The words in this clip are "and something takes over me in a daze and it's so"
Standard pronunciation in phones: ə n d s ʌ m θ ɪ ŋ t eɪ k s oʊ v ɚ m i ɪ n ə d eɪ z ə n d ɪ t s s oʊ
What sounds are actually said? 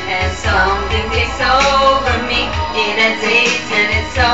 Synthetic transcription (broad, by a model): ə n s ʌ m θ ɪ ŋ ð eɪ s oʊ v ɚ m i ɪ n ə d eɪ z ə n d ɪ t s s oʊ